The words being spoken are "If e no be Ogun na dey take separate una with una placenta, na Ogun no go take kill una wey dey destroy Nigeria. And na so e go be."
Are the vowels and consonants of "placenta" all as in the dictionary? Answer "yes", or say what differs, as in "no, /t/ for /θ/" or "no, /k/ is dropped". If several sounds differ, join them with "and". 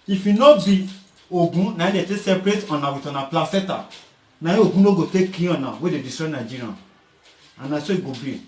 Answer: no, /n/ is dropped